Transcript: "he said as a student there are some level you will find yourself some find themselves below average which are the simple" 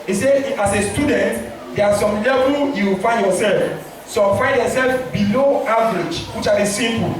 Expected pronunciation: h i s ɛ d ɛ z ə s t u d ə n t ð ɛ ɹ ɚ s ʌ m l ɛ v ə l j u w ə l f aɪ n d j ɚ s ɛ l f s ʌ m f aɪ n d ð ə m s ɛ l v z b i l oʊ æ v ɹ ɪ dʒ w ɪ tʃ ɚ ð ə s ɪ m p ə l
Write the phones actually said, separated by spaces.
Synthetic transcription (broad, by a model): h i s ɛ ɑ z ə s t u d ə n t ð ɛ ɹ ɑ s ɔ m l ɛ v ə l j u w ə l f aɪ n d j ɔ s ɛ l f s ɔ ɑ f aɪ n d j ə s ɛ l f b i l oʊ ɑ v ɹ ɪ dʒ w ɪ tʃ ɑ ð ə s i m p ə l